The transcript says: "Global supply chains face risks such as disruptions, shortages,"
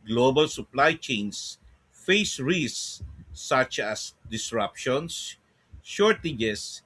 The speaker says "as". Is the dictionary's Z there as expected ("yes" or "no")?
no